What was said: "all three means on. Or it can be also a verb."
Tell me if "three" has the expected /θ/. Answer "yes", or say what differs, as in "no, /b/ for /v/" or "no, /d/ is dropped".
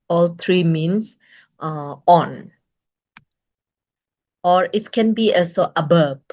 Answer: no, /t/ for /θ/